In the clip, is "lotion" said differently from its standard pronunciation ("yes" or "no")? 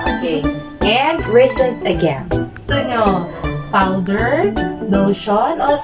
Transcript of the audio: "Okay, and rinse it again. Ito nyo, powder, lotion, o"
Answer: yes